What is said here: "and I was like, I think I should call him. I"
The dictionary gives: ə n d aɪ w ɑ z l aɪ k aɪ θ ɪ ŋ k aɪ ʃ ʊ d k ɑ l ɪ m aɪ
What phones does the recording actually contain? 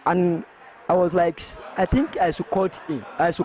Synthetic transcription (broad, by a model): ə n aɪ w ɑ z l aɪ k aɪ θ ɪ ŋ k aɪ s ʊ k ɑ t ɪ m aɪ